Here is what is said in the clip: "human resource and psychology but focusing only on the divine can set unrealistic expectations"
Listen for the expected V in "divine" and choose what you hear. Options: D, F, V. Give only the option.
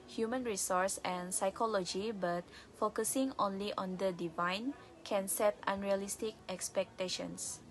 V